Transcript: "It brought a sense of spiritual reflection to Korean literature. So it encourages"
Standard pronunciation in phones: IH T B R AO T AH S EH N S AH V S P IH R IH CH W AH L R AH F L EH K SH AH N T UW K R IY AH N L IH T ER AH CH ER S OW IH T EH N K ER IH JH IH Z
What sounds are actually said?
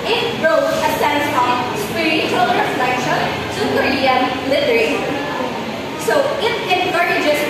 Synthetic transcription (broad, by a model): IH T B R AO AH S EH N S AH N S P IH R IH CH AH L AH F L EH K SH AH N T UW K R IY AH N L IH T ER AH S OW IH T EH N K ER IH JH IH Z